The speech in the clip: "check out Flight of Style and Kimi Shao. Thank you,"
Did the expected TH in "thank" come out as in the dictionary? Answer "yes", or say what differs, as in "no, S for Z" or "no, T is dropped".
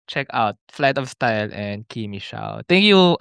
no, T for TH